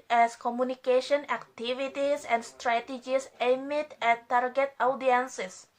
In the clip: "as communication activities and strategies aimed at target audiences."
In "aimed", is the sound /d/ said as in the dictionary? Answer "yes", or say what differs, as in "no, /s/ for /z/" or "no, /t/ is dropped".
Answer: no, /d/ is dropped